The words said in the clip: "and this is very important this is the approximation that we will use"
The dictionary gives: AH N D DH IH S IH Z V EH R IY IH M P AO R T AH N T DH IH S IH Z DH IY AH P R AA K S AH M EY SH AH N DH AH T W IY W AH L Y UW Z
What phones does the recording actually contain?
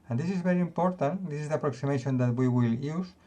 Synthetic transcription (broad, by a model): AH N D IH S IH Z B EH R IY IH M P AO R T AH N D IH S IH Z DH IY AH P R AA K S AH M EY SH AH N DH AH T W IY W AH L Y UW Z